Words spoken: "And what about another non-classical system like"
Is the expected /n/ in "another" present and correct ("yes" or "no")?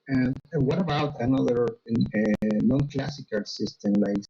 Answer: yes